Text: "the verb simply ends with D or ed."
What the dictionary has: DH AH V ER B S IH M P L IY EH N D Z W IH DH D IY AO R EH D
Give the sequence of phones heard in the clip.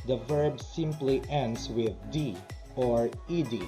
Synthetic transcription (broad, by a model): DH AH V ER B S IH M P L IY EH N D S W IH DH D IY AO R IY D